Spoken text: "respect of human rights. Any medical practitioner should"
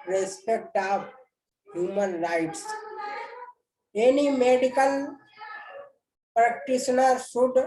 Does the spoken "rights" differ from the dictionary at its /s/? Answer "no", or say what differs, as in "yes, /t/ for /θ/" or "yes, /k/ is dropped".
no